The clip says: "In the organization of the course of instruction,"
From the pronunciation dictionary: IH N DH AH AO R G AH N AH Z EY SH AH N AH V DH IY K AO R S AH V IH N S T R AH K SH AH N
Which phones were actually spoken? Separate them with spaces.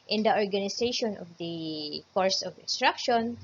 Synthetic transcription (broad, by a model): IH N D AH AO R G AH N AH S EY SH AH N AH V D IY K AO R S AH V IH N S T R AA K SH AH N